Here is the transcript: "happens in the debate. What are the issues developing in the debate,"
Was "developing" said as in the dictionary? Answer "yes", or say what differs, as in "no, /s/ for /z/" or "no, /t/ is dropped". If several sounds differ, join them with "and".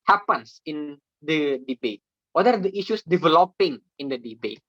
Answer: yes